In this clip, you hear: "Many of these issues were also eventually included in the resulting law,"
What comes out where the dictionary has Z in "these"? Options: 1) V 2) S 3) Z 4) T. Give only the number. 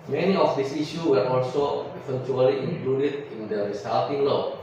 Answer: 2